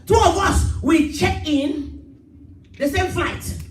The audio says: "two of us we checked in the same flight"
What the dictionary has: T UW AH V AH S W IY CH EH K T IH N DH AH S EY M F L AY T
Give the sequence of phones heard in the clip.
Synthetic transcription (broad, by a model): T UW AH V AH S W IY CH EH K IH N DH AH S EY M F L AY T